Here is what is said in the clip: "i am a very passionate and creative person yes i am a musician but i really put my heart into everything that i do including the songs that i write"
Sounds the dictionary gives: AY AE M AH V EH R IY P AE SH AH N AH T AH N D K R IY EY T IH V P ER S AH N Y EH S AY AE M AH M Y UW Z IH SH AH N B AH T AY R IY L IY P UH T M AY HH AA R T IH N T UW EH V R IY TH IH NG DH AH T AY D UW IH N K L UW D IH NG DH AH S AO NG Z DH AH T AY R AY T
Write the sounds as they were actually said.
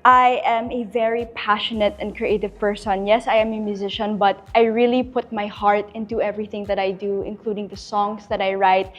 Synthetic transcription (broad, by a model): AY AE M AH V EH R IY P AE SH AH N AH T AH N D K R IY EY T IH V P ER S AH N Y EH S AY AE M AH M Y UW Z IH SH AH N B AH T AY R IY L IY P UH T M AY HH AA R T IH N T UW EH V R IY TH IH NG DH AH T AY D UW IH N K L UW D IH NG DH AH S AO NG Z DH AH T AY R AY T